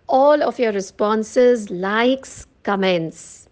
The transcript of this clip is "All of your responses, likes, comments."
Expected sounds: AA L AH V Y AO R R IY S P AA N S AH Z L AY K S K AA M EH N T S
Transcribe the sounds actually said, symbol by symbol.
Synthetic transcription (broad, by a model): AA L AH F Y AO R R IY S P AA N S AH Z L AY K S K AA M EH N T S